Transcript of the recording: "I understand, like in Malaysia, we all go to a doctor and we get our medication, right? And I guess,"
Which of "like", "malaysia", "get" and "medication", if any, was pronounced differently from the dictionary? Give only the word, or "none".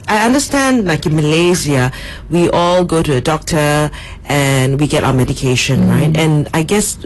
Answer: malaysia